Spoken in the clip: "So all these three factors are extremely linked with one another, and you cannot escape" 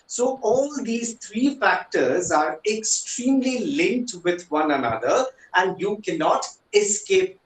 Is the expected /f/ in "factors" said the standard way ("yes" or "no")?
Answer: yes